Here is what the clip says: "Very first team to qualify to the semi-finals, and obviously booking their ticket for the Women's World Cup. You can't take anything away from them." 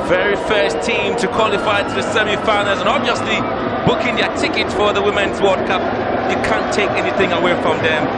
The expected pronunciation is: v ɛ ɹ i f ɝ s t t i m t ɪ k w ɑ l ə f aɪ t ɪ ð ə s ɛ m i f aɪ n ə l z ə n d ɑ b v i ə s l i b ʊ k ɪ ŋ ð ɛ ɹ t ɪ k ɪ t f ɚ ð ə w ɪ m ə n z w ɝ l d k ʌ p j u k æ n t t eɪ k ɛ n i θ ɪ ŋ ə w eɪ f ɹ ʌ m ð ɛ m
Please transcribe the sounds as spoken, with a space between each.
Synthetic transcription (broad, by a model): v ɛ ɹ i f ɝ s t t i m t ɪ k w ɑ l ə f aɪ t ɪ ð ə s ɛ m i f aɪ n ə z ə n ɑ b v i ə s l i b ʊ k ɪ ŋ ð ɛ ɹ t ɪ k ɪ t f ɚ ð ə w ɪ m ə n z w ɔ d k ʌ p j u k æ n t t eɪ k ɛ n i θ ɪ ŋ ə w eɪ f ɹ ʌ m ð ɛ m